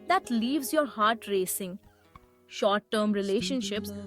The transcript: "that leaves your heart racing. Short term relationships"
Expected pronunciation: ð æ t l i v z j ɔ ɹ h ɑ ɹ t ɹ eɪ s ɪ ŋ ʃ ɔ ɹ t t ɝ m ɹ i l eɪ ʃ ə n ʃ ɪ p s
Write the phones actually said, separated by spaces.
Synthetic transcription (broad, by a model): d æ t l i v z j ɔ ɹ h ɑ ɹ t ɹ eɪ s ɪ ŋ ʃ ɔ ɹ t t ɝ m ɹ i l eɪ ʃ ə n ʃ ɪ p s